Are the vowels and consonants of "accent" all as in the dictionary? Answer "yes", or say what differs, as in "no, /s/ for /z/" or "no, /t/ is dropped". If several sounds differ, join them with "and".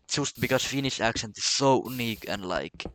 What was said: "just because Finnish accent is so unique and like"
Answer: no, /ʃ/ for /s/